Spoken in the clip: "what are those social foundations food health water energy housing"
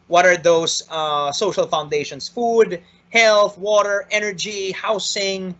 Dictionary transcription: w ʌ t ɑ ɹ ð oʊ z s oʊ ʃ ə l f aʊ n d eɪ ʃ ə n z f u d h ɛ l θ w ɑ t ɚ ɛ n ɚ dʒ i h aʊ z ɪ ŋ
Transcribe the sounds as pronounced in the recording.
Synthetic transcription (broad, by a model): w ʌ t ɑ ɹ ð oʊ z s oʊ ʃ ə l f aʊ n d eɪ ʃ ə n s f u d h ɛ l θ w ɑ t ɚ ɛ n ɚ dʒ i h aʊ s ɪ ŋ